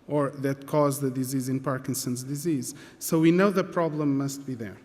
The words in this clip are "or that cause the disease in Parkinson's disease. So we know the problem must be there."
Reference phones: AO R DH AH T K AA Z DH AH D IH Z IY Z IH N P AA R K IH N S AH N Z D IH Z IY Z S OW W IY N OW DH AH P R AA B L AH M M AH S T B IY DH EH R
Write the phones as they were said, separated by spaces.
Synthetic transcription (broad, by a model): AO R DH AH T K AA Z DH AH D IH Z IY Z IH N P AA R K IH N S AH N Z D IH Z IY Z S OW W IY N OW DH AH P R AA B L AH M M AH S T B IY DH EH R